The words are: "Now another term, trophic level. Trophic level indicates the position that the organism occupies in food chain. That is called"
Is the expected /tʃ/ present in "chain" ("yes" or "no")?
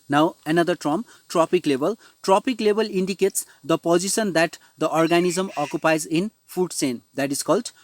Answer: no